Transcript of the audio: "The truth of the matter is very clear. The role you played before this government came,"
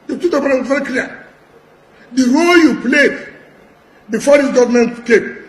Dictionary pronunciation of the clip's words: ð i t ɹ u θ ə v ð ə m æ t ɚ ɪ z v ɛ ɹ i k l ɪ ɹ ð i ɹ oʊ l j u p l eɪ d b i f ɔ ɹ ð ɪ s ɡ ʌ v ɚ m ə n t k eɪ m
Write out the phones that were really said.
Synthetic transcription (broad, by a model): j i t u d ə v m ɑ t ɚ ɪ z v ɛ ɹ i k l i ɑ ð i ɹ oʊ l j u p l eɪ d b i f ɔ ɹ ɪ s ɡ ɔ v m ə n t k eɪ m